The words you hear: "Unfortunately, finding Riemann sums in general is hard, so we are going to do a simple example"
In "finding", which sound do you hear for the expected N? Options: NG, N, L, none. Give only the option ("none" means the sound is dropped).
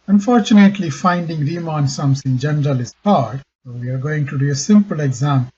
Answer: N